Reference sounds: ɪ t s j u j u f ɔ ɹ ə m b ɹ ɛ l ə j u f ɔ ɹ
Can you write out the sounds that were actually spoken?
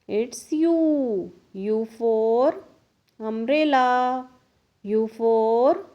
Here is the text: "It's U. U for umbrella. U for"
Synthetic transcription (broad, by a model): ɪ t s j u j u f ɔ ɹ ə m ɹ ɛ l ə j u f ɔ ɹ